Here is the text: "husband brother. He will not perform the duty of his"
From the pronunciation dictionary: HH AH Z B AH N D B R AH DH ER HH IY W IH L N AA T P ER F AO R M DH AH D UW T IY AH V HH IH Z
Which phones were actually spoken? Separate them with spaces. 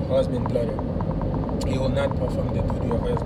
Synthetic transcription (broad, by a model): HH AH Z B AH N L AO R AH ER HH IY W IH L N AA T P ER F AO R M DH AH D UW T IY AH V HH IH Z